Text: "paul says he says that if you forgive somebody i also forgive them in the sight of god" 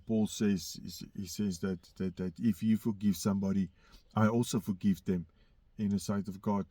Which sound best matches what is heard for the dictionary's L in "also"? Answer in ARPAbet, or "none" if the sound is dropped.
L